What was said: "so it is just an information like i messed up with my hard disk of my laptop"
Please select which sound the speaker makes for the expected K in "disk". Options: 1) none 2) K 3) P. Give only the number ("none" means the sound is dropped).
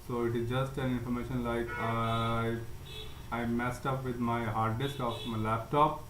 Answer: 2